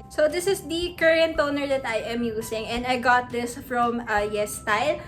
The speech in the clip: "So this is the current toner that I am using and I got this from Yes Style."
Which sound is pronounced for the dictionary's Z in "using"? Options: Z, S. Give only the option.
S